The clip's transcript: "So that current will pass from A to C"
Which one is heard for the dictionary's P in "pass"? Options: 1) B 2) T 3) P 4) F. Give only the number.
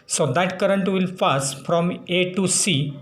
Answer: 4